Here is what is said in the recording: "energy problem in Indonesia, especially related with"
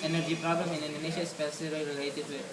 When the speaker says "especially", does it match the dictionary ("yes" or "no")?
no